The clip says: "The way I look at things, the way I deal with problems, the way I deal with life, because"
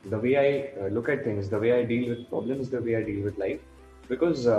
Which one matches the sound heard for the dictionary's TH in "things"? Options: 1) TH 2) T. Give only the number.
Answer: 2